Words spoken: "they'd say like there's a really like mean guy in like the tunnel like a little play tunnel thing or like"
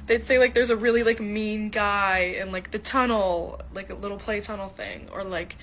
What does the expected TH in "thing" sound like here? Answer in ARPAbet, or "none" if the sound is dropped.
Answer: TH